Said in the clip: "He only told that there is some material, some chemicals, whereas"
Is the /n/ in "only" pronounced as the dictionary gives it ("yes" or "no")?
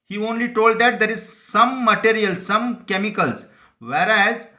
yes